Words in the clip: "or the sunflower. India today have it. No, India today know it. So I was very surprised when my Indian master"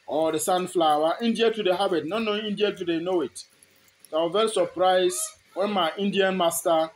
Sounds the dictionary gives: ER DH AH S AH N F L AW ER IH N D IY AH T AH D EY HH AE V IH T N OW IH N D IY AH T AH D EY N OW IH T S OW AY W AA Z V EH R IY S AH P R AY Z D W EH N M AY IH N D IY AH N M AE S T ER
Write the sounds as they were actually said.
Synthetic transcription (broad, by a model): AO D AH S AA N F L AW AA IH N D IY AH T AH D EY HH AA B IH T N OW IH N D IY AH T AH D EY N OW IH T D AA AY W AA V EH R IY S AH P R AY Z W EH N M AY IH N D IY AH N M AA S T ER